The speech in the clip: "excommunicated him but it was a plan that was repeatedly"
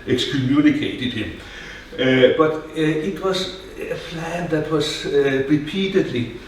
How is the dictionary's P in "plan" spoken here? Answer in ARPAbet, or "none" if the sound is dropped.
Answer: F